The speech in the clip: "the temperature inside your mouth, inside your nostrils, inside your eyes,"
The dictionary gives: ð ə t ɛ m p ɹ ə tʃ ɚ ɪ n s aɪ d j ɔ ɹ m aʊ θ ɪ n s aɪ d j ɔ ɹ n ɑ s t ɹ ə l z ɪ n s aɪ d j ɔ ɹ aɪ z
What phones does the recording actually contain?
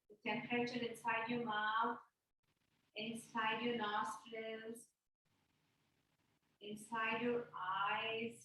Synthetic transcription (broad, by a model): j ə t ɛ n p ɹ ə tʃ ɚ ɪ n s aɪ d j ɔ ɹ m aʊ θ ɪ n s aɪ d j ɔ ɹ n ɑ s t l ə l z ɪ n s aɪ d j ɔ ɹ aɪ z